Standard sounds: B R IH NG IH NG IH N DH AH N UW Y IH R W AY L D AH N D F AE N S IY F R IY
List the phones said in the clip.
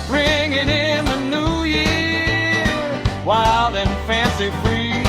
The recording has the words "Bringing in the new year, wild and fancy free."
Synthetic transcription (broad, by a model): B R IH NG IH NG IH N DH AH N UW Y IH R W AY L D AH N F AE N S IY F R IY